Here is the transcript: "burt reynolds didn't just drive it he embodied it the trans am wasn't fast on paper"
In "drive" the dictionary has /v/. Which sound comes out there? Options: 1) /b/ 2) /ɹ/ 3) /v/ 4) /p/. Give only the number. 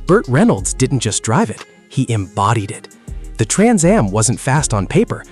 3